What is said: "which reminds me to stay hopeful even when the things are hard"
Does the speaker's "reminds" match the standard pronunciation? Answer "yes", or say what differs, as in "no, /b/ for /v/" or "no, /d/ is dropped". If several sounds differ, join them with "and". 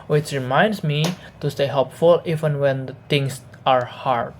no, /s/ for /z/